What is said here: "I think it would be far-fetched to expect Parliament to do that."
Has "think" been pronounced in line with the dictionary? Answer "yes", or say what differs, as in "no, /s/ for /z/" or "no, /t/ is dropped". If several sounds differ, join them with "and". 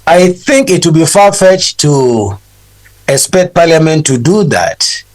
yes